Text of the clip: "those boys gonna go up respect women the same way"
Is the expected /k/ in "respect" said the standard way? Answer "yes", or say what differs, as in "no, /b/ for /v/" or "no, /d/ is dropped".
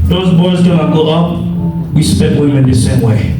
no, /k/ is dropped